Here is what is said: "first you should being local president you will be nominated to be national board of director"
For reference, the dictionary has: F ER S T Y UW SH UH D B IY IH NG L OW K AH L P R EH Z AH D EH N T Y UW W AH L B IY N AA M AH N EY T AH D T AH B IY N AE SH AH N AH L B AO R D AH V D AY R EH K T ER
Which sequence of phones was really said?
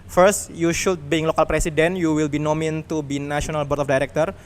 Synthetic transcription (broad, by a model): F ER S T Y UW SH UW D B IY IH NG L OW K AH L P R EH S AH D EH N Y UW W AH L B IY N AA M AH N T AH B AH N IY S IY AH N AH L B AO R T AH F D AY R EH K T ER